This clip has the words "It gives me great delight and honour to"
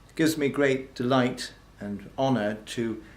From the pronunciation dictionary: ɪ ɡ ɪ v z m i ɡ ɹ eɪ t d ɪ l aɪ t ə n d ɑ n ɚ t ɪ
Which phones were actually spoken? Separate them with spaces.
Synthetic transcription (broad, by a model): ɡ ɪ v z m i ɡ ɹ eɪ t d ɪ l aɪ t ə n ɑ n ɚ t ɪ